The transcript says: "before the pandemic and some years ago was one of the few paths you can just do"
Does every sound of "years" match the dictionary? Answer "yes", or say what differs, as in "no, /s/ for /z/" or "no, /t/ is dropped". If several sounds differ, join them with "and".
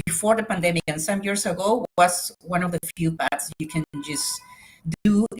no, /s/ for /z/